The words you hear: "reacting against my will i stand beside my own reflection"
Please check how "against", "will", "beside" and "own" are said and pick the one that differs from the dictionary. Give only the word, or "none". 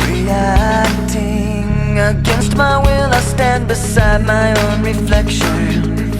none